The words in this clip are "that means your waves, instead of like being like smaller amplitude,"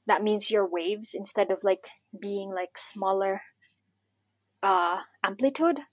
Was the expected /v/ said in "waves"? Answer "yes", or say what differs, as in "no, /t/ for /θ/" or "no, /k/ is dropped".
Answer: yes